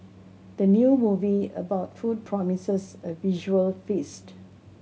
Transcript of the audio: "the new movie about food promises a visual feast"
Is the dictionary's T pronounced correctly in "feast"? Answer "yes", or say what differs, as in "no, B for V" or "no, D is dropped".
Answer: yes